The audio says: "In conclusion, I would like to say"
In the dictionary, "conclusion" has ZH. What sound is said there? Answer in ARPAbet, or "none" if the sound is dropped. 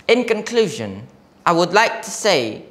ZH